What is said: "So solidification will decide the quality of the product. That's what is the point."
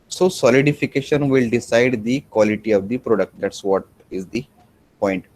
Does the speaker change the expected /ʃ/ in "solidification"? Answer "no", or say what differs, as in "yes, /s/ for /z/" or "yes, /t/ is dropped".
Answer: no